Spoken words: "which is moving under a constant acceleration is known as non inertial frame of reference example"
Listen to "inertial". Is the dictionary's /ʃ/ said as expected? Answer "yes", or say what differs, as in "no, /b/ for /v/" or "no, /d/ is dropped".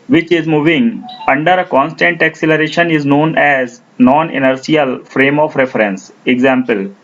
no, /s/ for /ʃ/